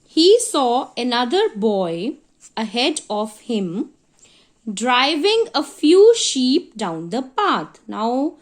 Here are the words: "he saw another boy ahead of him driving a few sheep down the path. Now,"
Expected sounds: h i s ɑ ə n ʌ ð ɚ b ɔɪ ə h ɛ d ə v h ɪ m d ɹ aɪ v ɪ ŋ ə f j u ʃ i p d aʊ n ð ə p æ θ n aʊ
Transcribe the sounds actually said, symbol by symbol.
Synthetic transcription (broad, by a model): h i s ɑ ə n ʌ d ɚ b ɔɪ ə h ɛ d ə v h ɪ m d ɹ aɪ v ɪ ŋ ə f j u ʃ i p d aʊ n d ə p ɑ t n aʊ